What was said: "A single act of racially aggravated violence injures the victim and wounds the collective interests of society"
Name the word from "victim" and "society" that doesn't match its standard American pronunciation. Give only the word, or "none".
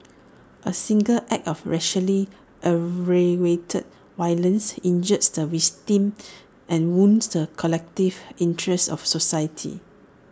victim